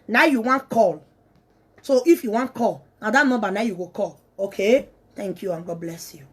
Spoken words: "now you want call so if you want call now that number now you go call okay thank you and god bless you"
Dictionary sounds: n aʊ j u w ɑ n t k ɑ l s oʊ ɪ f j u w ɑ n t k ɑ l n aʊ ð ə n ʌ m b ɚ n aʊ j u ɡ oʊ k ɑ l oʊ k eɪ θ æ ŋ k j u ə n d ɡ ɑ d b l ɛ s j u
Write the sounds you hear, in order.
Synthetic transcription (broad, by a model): n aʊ j u w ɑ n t k ɑ l s oʊ ɪ f j u w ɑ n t k ɑ l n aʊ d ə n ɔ b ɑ n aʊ j u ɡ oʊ k ɑ l oʊ k eɪ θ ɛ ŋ k j u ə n ɡ ɑ d b l ɛ s j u